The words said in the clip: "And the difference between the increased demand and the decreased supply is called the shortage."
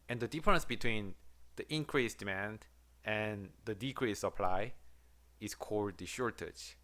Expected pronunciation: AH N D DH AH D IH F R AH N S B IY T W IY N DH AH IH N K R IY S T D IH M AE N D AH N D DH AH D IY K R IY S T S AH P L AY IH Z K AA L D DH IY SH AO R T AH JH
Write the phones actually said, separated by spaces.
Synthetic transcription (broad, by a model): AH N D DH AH D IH F R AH N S B IY T W IY N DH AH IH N K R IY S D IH M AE N D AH N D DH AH D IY K R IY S S AH P L AY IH S K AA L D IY SH AO R T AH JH